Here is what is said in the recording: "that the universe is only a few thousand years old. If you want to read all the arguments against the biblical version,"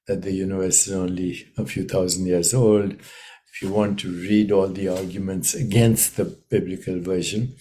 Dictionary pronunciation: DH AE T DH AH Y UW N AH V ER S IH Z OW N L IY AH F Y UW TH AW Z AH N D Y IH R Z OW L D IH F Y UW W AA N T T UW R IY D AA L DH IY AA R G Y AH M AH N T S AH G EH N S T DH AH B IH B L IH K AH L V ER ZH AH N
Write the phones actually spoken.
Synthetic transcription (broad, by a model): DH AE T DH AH Y UW N AH V ER S IH Z OW N L IY AH F Y UW T AW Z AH N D Y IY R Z OW L D IH F Y UW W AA N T T UW R IY D AA L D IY AA R G Y AH M AH N T S AH G EH N S T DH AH B IH B L IH K AH L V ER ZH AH N